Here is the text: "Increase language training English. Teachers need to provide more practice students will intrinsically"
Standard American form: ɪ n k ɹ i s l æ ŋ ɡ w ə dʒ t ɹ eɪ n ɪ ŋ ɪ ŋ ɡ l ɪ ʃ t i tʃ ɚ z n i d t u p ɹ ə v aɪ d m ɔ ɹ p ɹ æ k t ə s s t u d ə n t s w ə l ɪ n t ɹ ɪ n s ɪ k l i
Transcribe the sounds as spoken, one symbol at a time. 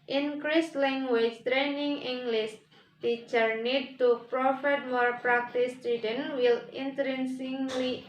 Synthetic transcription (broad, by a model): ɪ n k ɹ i s l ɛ ŋ ɡ w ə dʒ t ɹ eɪ n ɪ ŋ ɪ ŋ ɡ l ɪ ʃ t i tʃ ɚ n i d t u p ɹ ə f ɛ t m ɔ ɹ p ɹ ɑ k t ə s s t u d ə n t w ə l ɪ n t ɹ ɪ n s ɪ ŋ l i